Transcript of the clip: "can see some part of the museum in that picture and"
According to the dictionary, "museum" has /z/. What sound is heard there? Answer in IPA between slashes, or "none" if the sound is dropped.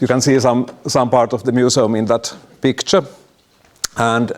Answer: /s/